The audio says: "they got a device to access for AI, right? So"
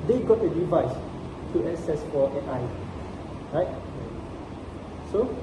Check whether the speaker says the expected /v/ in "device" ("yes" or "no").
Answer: yes